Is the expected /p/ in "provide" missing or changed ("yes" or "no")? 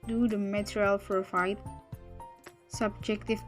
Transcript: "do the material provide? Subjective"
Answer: yes